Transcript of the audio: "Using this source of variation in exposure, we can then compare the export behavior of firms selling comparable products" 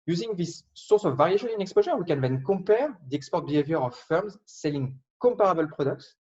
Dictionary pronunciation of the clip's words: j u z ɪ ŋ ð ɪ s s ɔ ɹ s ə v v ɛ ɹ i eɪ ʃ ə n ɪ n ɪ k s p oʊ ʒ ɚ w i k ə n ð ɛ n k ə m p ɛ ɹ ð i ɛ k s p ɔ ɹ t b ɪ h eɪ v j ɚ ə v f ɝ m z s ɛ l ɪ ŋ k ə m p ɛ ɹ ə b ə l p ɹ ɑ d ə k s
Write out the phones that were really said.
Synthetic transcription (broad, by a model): j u z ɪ ŋ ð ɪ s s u ɹ s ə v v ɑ ɹ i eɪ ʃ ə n ɪ n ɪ k s p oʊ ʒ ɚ w i k ə n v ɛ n k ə p ɛ ɹ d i ɛ k s p ɔ ɹ t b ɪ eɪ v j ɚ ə f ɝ m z s ɛ l ɪ ŋ k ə p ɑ ɹ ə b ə l p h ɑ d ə k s